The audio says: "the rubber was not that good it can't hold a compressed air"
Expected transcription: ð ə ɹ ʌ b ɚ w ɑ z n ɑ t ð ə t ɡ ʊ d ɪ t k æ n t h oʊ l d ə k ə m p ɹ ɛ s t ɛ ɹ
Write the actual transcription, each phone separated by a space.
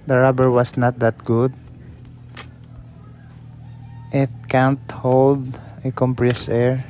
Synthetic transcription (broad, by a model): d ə ɹ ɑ b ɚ w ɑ s n ɑ t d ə t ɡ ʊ d ɪ t k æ n t h oʊ l d ə k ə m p ɹ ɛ s ɛ ɹ